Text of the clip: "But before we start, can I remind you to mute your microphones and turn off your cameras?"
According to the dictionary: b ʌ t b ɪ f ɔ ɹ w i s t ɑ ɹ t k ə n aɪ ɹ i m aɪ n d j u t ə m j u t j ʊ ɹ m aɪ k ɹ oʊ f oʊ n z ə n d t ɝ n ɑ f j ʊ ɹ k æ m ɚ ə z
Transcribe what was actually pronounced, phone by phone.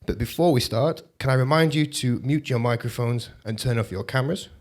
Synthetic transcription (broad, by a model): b ʌ t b ɪ f ɔ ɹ w i s t ɑ ɹ t k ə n aɪ ɹ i m aɪ n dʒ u t ə m j u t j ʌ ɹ m aɪ k ɹ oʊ f oʊ n z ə n t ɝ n ɑ f j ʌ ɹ k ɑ m ɚ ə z